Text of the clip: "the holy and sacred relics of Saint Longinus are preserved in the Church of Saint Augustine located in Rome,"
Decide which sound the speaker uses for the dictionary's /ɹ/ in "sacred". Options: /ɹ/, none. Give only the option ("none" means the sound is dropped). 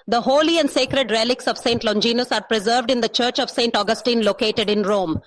/ɹ/